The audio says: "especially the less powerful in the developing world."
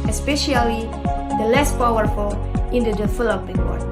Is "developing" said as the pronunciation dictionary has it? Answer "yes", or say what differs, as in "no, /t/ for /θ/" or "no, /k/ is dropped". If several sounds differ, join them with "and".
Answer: no, /f/ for /v/